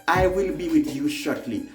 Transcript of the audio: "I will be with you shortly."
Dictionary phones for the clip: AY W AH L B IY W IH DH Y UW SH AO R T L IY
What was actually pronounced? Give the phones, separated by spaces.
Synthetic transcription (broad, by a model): AY W AH L B IY W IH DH Y UW SH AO R T L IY